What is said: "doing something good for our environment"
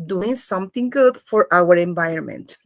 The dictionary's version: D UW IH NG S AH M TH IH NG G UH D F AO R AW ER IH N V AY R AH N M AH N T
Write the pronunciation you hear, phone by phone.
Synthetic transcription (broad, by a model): D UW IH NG S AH M T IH NG G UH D F AO R AW ER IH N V AY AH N M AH N T